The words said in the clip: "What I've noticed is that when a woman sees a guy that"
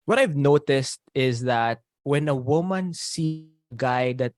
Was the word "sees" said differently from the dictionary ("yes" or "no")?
yes